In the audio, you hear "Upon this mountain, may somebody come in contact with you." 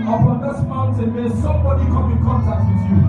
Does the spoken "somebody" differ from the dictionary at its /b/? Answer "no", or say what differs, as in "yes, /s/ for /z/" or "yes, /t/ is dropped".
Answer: no